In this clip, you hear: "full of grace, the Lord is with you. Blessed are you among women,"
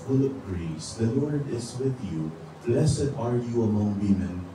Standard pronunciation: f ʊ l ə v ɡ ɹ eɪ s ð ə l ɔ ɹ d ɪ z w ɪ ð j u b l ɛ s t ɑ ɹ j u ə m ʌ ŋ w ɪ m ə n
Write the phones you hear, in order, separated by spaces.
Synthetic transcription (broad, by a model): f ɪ l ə p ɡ ɹ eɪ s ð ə l ɔ ɹ d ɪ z w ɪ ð j u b l ɛ s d ɑ ɹ j u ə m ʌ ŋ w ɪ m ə n